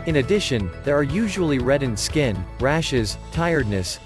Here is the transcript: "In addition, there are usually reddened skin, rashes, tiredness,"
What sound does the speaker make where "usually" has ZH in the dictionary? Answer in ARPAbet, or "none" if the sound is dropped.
ZH